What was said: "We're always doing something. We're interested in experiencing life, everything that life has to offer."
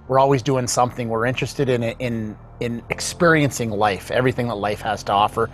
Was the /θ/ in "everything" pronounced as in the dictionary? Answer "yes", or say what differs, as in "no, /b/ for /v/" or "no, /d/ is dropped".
yes